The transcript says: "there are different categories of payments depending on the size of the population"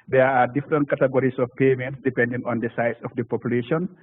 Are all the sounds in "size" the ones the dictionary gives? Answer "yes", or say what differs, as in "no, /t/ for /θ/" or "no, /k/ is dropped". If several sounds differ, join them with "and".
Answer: no, /s/ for /z/